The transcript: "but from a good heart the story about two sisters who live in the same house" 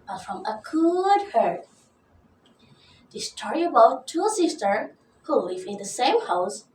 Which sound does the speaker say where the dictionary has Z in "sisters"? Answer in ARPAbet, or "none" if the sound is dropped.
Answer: none